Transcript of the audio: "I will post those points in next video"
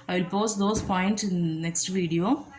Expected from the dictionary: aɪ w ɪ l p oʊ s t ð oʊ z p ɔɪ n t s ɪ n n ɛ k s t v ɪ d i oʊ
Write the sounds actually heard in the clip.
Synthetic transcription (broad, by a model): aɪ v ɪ l p oʊ s t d oʊ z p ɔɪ n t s ɪ n n ɛ k s t v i d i oʊ